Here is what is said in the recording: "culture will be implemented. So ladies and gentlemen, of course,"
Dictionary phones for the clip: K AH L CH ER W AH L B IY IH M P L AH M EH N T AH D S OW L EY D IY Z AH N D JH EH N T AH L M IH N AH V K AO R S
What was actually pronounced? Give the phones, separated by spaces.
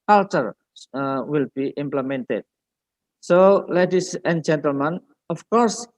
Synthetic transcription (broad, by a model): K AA L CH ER W AH L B IY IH M P L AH M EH N T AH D S OW L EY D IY S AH N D JH EH N T AH L M IH N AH F K AO R S